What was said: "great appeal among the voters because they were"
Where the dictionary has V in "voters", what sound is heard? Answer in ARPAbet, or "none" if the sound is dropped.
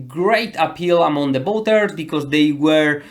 B